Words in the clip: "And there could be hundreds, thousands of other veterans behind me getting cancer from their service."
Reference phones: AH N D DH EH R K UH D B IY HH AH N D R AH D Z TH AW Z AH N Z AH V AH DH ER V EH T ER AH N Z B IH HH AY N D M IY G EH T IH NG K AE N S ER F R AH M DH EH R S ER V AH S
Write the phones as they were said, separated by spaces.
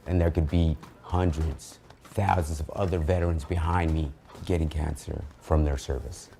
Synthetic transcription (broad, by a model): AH N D DH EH R K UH D B IY HH AH N D R AH D Z TH AW Z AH N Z AH V AH DH ER V EH T ER AH N Z B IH HH AY N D M IY G EH T IH NG K AE N S ER F R AH M DH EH R S ER V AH S